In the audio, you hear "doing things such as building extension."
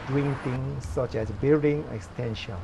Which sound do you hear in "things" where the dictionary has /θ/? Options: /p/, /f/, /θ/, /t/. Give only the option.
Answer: /t/